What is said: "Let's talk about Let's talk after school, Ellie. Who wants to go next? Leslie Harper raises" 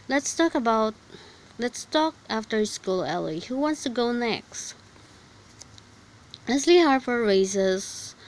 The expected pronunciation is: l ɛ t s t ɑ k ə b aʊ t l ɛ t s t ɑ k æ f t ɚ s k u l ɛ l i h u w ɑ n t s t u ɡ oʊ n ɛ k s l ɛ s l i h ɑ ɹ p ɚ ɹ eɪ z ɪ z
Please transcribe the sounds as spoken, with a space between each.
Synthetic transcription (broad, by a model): l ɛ t s t ɑ k ə b aʊ t l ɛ t s t ɑ k æ f t ɚ s k u l ɛ l i h u w ɑ n t s t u ɡ oʊ n ɛ k s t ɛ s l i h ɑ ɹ f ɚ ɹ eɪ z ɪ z